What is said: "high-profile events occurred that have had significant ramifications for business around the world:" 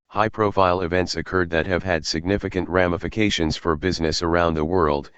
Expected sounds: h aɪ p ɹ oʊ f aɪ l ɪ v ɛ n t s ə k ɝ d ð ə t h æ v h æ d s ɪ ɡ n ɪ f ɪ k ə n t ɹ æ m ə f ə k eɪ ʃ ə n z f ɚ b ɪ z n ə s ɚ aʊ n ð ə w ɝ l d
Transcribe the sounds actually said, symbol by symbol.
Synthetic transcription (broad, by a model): h aɪ p ɹ oʊ f aɪ l ɪ v ɛ n t s ə k ɝ d ð ə t h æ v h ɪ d s ɪ ɡ n ɪ f ɪ k ə n t ɹ æ m ə f ə k eɪ ʃ ə n z f ɚ b ɪ z n ə s ɚ aʊ n ð ə w ɝ l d